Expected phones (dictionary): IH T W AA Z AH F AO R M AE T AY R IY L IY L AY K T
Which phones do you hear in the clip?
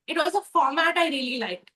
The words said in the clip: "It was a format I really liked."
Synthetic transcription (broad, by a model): IH T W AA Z AH F AO R M AE T AY R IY L IY L AY K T